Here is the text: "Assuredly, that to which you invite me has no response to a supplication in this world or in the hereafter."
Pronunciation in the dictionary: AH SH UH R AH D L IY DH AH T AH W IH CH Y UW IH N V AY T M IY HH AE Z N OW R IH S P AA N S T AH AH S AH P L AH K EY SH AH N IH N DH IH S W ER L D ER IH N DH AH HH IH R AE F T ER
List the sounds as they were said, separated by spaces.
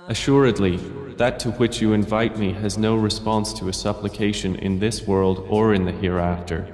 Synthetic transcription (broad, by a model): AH SH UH R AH D L IY DH AH T AH W IH CH Y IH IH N V AY T M IY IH Z N OW R IH S P AA N S T AH AH S AH P L AH K EY SH AH N IH N DH IH S W ER L D ER IH N DH AH HH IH R AE F T ER